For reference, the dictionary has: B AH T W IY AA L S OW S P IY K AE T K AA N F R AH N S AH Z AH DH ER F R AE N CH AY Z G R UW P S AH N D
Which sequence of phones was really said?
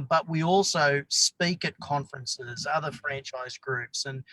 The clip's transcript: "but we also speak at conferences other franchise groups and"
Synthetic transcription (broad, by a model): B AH T W IY AA L S OW S P IY K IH T K AA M F R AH N S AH Z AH DH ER F R AE N CH AY Z G R UW P S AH N